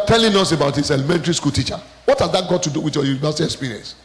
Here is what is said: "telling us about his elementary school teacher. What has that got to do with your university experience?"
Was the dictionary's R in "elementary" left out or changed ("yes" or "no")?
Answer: no